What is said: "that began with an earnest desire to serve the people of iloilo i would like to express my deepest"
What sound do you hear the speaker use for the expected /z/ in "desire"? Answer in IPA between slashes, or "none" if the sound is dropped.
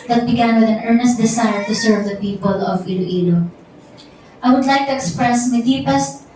/s/